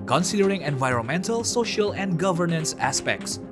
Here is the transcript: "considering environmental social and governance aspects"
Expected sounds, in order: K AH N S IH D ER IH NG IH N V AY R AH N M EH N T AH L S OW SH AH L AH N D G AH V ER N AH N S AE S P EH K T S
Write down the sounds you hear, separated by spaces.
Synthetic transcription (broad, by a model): K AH N S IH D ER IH NG IH N V AY R AH N M EH N T AH L S OW SH AH L AH N D G AH V ER N AH N S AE S P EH K T S